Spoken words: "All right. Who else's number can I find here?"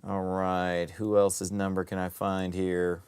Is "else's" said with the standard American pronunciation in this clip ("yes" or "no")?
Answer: yes